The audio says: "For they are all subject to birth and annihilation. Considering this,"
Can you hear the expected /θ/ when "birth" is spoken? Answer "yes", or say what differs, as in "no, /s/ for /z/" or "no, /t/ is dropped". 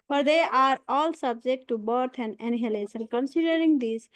no, /t/ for /θ/